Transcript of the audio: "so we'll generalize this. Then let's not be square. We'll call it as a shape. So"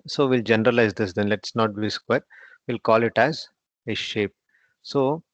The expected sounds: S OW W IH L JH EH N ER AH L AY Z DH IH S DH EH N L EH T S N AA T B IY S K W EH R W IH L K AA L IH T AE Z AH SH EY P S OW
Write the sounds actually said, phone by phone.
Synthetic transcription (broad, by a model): S OW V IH L JH EH N ER AH L AY Z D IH S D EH N L EH T S N AA T B IY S K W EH R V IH L K AA L IH T AE Z AH SH EY P S OW